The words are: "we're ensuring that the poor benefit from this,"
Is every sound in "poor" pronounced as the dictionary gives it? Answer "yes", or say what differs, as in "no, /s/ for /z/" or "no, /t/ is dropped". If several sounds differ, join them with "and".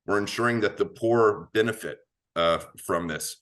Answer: yes